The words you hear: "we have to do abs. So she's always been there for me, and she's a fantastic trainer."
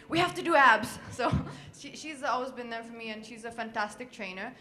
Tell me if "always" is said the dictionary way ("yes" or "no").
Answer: yes